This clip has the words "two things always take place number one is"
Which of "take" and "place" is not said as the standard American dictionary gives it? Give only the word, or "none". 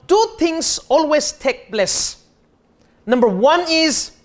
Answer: place